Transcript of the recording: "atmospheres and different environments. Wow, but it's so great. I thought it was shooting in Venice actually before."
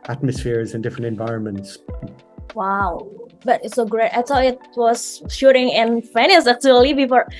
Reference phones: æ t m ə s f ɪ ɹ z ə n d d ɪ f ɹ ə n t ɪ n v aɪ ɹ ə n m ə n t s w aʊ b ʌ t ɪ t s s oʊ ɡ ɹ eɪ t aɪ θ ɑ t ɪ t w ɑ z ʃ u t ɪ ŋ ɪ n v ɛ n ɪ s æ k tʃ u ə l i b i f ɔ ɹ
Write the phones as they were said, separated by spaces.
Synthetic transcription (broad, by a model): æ t m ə s f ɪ ɹ z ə n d d ɪ f ɹ ə n t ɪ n v aɪ ɹ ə n m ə n t s w aʊ b ʌ t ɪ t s s oʊ ɡ ɹ eɪ t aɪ s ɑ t ɪ t w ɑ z ʃ u t ɪ ŋ ɪ n f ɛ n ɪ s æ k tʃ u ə l i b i f ɔ ɹ